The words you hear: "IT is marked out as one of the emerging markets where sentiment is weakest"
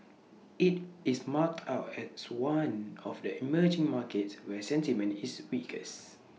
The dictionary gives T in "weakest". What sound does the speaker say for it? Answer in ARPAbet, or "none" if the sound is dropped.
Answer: none